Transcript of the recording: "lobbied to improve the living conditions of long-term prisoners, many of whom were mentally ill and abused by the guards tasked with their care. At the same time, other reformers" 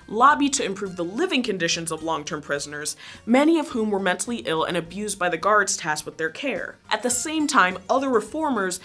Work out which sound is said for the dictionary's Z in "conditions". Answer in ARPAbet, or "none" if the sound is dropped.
Z